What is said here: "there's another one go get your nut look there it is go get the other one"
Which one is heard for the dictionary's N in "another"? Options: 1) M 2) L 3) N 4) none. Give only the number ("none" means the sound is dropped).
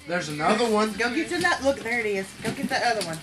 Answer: 3